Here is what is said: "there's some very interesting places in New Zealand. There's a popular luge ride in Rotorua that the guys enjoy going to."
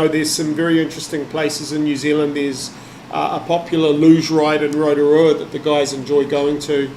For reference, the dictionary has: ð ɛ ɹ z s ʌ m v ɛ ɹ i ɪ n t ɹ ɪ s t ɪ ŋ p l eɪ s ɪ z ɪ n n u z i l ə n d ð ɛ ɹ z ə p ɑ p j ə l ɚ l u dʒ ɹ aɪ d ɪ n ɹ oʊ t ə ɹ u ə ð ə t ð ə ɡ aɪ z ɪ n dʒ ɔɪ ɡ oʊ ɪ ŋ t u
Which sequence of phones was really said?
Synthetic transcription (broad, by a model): ð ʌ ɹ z s ʌ m v ɛ ɹ i ɪ n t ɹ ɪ s t ɪ ŋ p l eɪ s ɪ z ɪ n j u z i l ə n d ð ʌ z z ə p ɑ p j l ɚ l u ʒ ɹ aɪ d ɪ n ɹ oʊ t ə ɹ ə ð ə t ð ə ɡ aɪ z ɪ n dʒ ɔɪ ɡ oʊ ɪ ŋ t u